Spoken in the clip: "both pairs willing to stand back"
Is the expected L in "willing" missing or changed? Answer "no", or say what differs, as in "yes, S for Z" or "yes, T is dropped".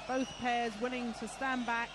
yes, N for L